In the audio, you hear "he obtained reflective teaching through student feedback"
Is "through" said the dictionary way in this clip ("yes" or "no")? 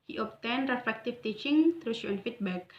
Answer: no